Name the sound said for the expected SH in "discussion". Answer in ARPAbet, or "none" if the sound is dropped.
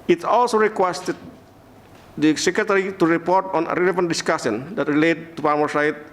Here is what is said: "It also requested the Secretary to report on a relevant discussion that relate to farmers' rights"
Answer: S